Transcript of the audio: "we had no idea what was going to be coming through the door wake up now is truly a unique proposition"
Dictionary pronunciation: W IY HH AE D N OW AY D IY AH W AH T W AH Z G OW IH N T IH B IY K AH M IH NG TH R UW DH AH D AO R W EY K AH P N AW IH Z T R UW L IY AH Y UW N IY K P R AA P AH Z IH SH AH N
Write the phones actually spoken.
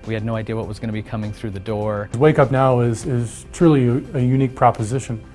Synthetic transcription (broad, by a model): W IY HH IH D N OW AY D IY AH W AH T W AH Z G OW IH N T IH B IY K AH M IH NG TH R UW DH AH D AO R W EY K AH P N AW IH Z T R UW L IY AH Y UW N IY K P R AA P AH Z IH SH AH N